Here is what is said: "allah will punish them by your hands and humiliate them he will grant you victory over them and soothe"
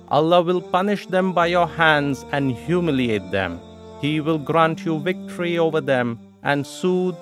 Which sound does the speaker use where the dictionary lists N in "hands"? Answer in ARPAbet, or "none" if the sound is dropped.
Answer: N